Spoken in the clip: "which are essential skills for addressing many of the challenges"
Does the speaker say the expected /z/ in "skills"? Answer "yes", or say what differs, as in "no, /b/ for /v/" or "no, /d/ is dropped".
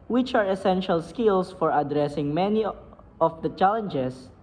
no, /s/ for /z/